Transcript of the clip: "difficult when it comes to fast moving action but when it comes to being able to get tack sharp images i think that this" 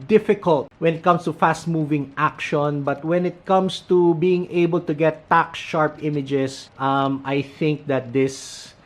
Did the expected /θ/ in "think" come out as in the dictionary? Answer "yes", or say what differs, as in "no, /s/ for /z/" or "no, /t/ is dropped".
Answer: yes